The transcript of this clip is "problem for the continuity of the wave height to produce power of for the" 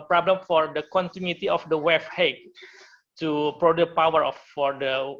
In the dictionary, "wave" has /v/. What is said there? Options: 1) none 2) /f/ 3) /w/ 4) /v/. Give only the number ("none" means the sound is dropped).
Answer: 2